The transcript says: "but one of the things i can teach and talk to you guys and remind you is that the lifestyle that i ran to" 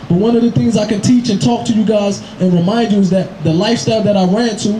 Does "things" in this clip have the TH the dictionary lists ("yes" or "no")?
yes